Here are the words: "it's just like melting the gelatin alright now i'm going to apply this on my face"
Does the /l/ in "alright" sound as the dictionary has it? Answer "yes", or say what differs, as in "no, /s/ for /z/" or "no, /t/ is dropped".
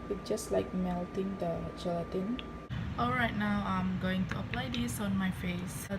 yes